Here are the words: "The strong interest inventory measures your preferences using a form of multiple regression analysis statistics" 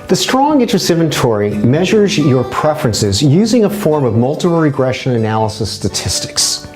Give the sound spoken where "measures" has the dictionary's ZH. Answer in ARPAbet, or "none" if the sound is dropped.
ZH